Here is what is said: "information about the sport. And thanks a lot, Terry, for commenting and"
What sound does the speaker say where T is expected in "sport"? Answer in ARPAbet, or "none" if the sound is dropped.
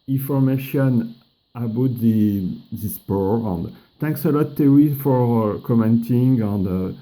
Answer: none